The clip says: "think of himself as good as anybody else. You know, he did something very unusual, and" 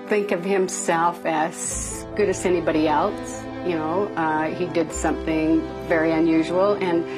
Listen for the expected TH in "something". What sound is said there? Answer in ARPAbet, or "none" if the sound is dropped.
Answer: TH